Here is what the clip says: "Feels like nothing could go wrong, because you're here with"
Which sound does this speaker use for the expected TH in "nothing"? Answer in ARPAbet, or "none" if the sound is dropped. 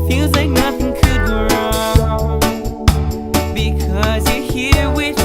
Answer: TH